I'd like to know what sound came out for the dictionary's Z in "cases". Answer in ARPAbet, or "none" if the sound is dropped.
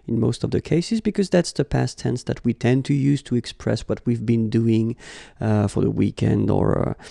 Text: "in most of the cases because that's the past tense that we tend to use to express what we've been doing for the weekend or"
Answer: Z